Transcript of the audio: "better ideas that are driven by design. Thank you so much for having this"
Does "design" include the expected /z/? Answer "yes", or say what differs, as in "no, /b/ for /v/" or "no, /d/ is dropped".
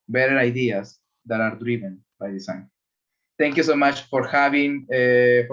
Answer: no, /s/ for /z/